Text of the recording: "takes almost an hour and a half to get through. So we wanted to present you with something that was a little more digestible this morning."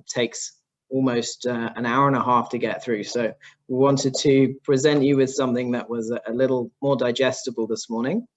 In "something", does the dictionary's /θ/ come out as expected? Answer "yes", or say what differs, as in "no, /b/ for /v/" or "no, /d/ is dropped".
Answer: yes